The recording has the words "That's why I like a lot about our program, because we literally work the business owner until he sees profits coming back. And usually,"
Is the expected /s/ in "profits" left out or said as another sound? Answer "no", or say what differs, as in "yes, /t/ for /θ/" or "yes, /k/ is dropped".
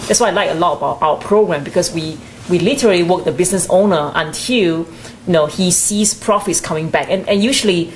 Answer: no